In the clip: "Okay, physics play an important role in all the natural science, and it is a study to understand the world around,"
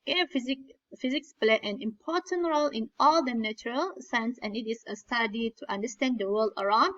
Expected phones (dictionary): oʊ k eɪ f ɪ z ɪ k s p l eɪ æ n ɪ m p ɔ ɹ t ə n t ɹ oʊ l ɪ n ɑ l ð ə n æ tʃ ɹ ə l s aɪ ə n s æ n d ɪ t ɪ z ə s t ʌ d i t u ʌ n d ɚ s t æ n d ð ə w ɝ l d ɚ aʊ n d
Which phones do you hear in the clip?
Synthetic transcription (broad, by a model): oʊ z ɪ f ɪ z ɪ k s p l eɪ æ n ɪ m p ɔ ɹ t ə n t ɹ oʊ l ɪ n ɑ l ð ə n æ tʃ ɹ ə l s aɪ ə n s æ n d ɪ t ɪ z ə s t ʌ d i t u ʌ n d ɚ s t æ n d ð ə w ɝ l d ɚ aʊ n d